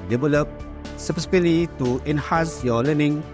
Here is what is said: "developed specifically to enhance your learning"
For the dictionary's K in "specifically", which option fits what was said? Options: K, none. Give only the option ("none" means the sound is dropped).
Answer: none